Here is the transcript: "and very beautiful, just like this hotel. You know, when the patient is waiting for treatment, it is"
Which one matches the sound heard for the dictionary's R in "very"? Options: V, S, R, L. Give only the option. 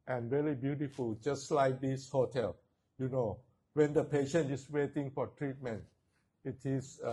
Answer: L